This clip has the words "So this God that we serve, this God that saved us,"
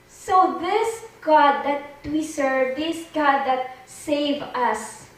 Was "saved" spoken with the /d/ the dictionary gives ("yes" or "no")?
no